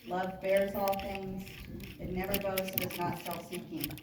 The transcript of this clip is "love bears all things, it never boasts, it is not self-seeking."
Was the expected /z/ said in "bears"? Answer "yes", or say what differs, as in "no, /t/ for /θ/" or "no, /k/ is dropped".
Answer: yes